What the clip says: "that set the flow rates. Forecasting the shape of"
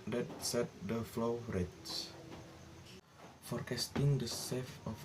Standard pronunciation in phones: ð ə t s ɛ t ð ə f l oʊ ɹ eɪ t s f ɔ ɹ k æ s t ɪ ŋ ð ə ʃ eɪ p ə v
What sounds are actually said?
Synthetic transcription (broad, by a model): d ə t s ɛ t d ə f l oʊ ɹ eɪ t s f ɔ ɹ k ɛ s t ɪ ŋ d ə s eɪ f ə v